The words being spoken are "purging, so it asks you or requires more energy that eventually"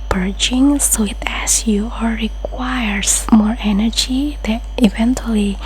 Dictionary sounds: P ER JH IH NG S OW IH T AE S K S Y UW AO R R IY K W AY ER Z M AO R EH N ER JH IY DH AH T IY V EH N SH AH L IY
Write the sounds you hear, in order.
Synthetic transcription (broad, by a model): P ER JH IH NG S OW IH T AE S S Y UW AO L R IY K W AY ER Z M AO R EH N ER JH IY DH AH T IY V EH N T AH L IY